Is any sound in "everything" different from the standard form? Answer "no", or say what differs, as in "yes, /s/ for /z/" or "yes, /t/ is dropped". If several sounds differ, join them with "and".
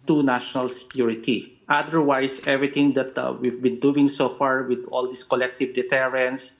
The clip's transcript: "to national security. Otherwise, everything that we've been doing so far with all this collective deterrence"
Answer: yes, /t/ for /θ/